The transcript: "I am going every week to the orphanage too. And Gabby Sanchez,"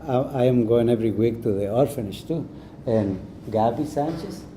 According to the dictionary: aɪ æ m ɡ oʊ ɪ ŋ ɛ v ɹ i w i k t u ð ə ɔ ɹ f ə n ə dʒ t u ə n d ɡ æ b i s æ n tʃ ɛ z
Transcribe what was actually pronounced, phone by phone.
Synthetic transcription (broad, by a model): aɪ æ m ɡ oʊ ɪ ŋ ɛ v ɹ i w i k t u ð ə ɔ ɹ f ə n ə ʃ t u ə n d ɡ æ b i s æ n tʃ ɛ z